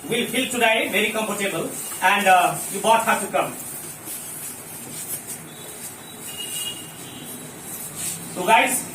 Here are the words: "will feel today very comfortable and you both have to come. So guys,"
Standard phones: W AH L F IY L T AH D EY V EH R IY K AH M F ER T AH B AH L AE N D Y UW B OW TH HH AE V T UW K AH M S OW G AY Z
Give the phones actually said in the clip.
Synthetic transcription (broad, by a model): W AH L P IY L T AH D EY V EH R IY K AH M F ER T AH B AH L AE N D Y UW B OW T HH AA T UW K AH M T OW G AY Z